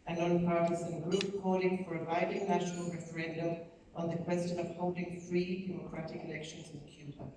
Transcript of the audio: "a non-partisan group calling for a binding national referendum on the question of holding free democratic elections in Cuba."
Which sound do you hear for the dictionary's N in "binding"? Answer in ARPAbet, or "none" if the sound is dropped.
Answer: none